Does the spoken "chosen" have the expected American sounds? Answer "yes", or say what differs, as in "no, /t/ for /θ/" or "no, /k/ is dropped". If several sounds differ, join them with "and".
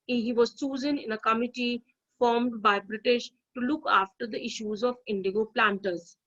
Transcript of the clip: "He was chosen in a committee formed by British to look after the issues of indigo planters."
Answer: no, /s/ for /tʃ/